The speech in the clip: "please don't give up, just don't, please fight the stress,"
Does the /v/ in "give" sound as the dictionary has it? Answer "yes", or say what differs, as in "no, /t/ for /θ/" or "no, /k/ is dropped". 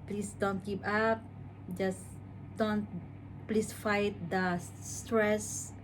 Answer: no, /p/ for /v/